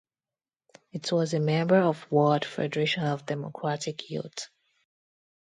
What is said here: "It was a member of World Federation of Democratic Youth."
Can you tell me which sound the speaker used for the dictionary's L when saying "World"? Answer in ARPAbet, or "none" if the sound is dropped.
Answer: none